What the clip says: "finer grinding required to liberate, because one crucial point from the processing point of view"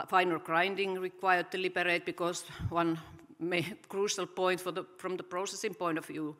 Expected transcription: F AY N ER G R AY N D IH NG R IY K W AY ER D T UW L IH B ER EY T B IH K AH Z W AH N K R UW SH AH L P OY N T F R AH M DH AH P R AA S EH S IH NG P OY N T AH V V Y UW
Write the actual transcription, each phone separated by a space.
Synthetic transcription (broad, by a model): F AY N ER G R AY N D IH NG R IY K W AY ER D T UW L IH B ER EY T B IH K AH S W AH N K R UW SH AH L P OY N T F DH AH M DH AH P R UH S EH S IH NG P OY N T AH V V Y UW